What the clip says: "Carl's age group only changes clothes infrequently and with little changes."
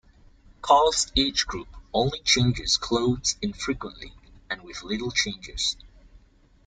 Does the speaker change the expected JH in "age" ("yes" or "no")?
yes